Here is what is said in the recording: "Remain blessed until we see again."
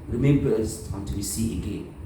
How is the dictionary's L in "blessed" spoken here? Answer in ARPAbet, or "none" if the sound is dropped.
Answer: none